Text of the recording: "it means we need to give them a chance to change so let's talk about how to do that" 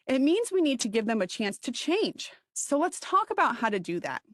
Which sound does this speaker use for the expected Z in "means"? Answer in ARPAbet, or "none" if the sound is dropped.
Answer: Z